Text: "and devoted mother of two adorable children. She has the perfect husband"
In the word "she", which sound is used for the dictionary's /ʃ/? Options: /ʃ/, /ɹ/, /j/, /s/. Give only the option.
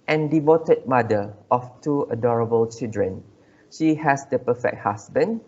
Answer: /ʃ/